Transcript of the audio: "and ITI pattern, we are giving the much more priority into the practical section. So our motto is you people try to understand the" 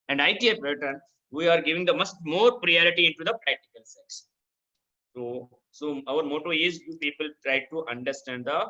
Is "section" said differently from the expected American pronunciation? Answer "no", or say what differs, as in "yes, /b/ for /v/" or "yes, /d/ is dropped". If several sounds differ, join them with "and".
yes, /s/ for /ʃ/